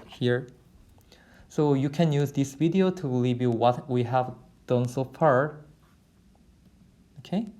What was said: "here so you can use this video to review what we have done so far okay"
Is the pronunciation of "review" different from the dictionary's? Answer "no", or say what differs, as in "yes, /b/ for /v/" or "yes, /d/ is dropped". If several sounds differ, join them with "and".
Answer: yes, /l/ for /ɹ/